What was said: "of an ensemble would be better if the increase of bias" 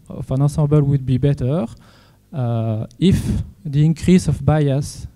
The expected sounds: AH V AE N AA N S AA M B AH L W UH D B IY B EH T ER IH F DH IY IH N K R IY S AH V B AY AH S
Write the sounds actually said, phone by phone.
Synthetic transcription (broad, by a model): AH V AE N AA S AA B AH L W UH D B IY B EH T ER IH F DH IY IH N K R IY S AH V B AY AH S